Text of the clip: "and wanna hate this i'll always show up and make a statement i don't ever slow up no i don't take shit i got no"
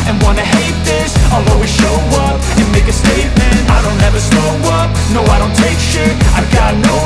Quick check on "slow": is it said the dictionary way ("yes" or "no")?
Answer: no